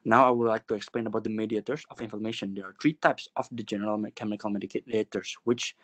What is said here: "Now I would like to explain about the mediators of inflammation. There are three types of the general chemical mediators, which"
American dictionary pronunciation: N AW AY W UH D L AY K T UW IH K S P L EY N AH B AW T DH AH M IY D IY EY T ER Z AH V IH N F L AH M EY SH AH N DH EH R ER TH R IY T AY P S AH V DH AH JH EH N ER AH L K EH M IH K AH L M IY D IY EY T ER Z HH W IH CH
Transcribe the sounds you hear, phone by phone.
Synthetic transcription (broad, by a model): N AW AY W UH D L AY K T UW IH K S P L EY N AH B AW T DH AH M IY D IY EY T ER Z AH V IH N F AH M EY SH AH N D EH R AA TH R IY T AY P S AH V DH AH JH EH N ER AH L K EH M IH K AH L M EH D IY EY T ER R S W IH CH